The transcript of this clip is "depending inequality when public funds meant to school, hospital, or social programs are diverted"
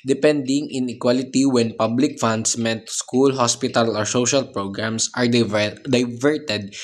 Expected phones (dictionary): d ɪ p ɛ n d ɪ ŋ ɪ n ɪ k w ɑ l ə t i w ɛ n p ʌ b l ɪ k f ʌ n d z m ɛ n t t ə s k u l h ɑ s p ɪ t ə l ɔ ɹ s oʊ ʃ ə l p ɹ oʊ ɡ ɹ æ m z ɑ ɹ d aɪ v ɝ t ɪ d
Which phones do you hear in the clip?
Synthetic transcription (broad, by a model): d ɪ p ɛ n d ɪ ŋ ɪ n ɪ k w ɑ l ə t i w ɛ n p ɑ b l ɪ k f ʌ n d s m ɛ n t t s k u l h ɑ s p ɪ t ə l ɔ ɹ s oʊ ʃ ə l p ɹ oʊ ɡ ɹ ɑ m s ɑ ɹ d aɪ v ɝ t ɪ d